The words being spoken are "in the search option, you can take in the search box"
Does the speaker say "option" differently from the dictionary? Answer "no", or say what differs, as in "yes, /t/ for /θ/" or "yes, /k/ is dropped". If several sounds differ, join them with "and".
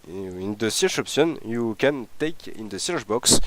yes, /s/ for /ʃ/